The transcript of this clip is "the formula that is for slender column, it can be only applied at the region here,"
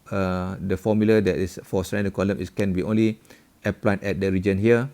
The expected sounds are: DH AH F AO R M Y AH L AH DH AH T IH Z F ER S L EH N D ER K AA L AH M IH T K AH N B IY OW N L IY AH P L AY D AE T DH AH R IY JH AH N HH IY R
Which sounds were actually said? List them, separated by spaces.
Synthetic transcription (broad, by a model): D AH F AO M Y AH L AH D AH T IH S F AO S EH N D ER K AA L AH M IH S K AH N B IY OW N L IY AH P L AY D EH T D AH R IY JH AH N HH IY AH